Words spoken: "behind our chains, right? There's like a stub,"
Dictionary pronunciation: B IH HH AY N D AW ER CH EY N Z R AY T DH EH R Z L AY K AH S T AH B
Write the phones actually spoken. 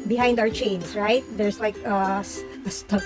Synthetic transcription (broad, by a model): B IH HH AY N D AW ER CH EY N S R AY T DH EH R S L AY K AH S T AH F